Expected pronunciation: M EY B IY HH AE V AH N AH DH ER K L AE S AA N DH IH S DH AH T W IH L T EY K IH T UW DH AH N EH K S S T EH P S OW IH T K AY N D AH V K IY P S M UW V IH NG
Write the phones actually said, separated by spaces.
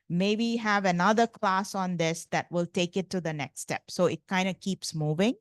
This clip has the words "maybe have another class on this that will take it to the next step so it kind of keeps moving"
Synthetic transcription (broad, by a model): M EY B IY HH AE V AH N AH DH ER K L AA S AA N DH IH S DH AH T W IH L T EY K IH T UW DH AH N EH K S S T EH P S OW IH T K AY N D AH K IY P S M UW V IH NG